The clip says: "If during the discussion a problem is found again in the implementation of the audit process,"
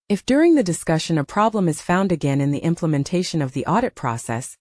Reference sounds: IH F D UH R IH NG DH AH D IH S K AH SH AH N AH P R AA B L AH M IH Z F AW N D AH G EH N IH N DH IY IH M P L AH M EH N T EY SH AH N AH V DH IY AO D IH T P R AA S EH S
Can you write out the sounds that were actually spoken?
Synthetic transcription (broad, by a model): IH F D UH R IH NG DH AH D IH S K AH SH AH N AH P R AA B L AH M IH Z F AW N D AH G EH N IH N DH IY IH M P L AH M EH N T EY SH AH N AH V DH IY AO D IH T P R AA S EH S